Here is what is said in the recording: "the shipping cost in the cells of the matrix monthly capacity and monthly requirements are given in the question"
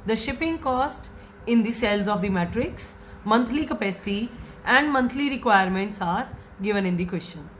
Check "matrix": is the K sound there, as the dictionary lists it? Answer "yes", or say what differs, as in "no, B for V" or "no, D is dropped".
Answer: yes